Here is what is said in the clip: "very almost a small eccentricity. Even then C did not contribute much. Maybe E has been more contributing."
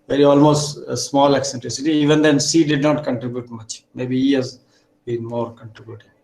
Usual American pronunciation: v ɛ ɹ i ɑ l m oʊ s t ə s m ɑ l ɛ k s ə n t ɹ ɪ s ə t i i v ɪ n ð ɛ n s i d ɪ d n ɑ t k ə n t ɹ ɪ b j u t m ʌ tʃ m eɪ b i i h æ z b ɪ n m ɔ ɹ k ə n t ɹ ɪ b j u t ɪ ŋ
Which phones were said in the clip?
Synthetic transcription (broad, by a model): v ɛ ɹ i ɑ l m oʊ s t ə s m ɑ l ɛ k s ə n t ɹ ɪ s ə t i i v ɪ n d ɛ n s i d ɪ d n ɑ t k ə n t ɹ ɪ b j u t m ʌ tʃ m eɪ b i i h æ z b ɪ n m ɔ ɹ k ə n t ɹ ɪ b j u t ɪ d